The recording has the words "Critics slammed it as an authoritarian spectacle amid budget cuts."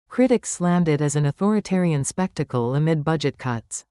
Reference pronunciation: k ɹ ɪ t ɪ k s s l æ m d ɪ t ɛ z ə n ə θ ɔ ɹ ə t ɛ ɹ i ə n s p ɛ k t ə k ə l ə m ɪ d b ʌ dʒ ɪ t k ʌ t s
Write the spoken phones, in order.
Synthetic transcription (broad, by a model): k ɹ ɪ t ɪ k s s l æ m d ɪ t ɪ z ə n ə θ ɔ ɹ ə t ɛ ɹ i ə n s p ɛ k t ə k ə l ə m ɪ d b ʌ dʒ ɪ t k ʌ t s